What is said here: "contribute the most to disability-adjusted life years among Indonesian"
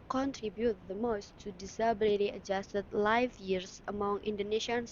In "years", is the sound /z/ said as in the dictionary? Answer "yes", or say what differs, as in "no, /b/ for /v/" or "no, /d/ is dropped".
no, /s/ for /z/